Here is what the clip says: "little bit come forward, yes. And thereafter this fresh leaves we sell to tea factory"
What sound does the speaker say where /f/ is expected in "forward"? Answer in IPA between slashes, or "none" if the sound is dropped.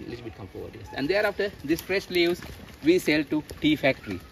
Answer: /p/